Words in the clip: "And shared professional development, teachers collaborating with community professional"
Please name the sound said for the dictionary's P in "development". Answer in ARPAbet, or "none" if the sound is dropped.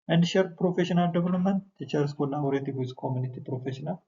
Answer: none